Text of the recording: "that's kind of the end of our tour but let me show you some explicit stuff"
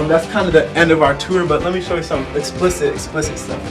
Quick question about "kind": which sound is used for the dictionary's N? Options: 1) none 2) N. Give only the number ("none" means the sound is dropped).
2